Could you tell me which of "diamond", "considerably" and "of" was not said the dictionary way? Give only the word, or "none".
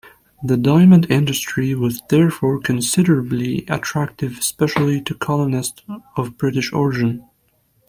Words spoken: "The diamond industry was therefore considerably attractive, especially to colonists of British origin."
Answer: none